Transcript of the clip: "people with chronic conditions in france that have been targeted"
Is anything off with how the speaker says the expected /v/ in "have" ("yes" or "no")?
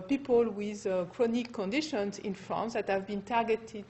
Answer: no